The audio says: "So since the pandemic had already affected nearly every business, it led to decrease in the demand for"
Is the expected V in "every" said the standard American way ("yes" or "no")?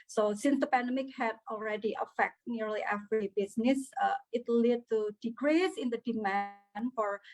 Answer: no